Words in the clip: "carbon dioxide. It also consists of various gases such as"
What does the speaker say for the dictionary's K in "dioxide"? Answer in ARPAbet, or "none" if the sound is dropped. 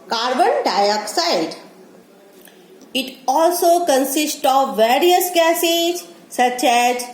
K